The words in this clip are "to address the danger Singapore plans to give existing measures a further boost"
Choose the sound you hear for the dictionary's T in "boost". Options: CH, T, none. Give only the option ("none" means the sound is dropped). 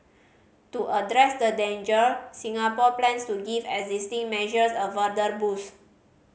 none